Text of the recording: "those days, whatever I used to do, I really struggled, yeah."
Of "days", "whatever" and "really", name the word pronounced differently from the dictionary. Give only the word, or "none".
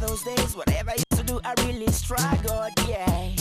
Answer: none